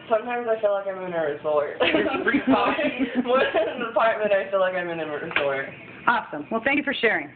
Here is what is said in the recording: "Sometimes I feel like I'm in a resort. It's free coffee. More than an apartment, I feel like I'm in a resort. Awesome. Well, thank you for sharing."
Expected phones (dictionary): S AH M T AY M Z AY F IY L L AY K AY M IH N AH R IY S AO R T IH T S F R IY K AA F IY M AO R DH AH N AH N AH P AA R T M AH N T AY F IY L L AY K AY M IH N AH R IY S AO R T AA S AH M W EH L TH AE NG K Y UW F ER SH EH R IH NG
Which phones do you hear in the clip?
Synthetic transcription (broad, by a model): S AH M T AY M Z AY F IY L L AY K AY M IH N AH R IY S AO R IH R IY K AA IY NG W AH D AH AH P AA R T M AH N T AY F IY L L AY K AY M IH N AH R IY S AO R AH AA S AH M W EH L TH AE NG K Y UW F ER SH EH R IH NG